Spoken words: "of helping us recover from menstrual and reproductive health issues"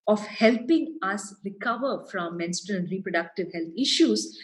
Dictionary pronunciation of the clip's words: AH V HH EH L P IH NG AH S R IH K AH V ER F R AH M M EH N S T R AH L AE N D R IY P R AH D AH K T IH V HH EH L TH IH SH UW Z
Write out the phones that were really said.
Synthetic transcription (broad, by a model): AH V HH EH L P IH NG AH S R IH K AH V ER F R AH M M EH N S T AH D N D R IY P R AH D AH K T IH V HH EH L T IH SH UW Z